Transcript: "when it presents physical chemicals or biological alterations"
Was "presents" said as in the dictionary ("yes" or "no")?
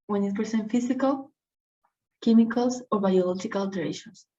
no